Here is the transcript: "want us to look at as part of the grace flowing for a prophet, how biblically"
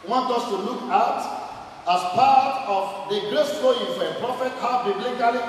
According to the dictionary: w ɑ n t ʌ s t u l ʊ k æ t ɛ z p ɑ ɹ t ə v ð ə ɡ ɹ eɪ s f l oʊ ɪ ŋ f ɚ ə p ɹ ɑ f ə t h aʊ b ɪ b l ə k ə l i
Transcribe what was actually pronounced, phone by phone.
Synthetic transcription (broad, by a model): w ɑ n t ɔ s t u l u k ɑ t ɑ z p ɑ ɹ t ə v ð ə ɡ l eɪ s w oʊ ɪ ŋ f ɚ ə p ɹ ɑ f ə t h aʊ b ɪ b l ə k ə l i